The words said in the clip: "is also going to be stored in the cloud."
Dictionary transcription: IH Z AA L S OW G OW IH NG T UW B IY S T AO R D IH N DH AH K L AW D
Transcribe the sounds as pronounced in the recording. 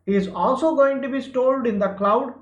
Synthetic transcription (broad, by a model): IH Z AA L S OW G OW IH NG T UW B IY S T AO L D IH N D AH K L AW D